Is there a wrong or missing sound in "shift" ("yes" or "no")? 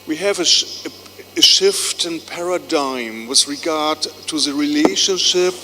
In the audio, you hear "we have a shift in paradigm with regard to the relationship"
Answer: no